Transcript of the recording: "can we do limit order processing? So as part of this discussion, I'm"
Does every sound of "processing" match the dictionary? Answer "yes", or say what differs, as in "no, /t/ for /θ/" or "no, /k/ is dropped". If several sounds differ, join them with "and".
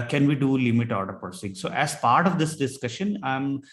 no, /ɹ/ is dropped